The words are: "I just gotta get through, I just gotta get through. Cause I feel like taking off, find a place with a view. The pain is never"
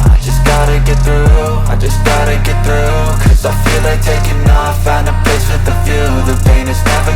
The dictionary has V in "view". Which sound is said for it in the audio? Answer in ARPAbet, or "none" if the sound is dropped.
F